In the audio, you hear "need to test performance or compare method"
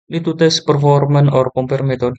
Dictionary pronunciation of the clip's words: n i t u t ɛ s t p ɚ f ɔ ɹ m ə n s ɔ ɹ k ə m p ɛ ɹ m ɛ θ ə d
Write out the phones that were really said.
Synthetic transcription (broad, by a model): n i t u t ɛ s p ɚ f ɔ ɹ m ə n ɔ ɹ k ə m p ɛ ɹ m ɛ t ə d